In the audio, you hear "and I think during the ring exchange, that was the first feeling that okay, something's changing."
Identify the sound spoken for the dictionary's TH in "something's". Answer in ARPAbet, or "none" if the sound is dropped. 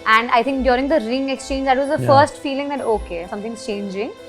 T